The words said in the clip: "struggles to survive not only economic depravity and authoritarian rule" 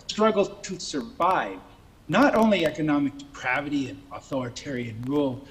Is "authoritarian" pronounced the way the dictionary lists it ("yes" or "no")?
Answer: yes